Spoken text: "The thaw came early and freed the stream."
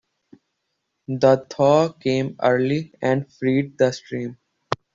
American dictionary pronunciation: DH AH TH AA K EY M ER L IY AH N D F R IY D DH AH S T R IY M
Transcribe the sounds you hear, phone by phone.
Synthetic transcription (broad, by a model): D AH T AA K EY M ER L IY AH N D F R IY D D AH S T R IY M